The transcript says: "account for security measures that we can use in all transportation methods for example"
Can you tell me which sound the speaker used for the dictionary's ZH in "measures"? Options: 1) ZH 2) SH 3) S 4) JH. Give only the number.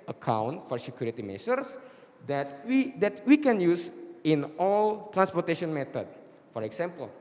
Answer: 3